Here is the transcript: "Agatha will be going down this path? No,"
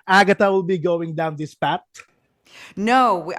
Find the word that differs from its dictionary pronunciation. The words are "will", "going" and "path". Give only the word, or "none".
path